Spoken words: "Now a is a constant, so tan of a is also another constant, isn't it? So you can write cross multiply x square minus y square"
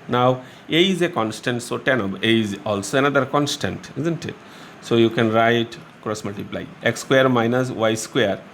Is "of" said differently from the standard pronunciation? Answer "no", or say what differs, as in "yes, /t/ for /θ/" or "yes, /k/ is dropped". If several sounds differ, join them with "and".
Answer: yes, /b/ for /v/